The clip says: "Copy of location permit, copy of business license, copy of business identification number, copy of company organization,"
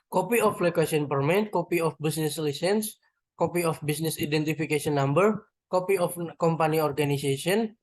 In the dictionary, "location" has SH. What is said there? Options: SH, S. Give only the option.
S